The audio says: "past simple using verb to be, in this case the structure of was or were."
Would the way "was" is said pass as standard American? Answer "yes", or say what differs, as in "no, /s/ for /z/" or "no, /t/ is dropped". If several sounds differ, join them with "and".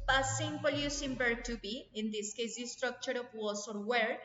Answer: no, /s/ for /z/